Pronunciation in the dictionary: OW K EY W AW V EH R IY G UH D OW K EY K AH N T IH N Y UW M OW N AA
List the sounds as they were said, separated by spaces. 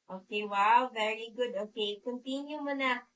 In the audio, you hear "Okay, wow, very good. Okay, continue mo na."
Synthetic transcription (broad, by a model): OW K EY W AW V EH R IY G UH D OW K EY K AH N T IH N Y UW M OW N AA